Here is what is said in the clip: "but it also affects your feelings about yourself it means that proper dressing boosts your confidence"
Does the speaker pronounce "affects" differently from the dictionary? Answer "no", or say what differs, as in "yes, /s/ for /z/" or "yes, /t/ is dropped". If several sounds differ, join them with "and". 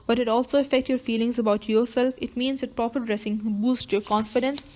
yes, /s/ is dropped